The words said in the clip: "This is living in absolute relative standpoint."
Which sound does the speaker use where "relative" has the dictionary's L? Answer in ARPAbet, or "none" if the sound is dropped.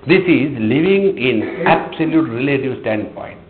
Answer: L